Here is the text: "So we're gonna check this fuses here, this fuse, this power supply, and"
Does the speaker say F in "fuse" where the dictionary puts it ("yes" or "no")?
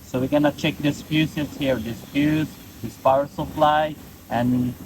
no